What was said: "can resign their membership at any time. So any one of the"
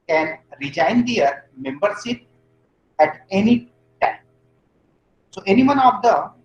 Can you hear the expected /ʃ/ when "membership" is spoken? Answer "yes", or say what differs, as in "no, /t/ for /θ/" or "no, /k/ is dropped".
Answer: no, /s/ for /ʃ/